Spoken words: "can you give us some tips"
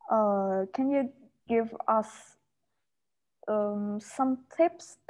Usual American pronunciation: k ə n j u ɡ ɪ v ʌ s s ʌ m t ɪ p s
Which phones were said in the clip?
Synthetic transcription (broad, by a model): k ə n j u ɡ ɪ v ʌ s s ʌ m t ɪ p s